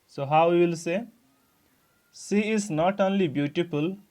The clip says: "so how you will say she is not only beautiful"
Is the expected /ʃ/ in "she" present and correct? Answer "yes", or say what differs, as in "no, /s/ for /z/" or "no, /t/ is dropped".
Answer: no, /s/ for /ʃ/